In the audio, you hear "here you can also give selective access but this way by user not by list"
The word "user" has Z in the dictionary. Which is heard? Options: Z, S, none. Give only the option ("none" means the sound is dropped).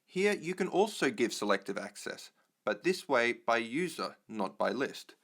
Z